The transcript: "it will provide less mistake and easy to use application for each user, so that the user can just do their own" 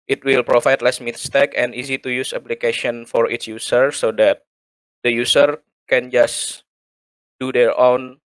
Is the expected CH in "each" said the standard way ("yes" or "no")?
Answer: no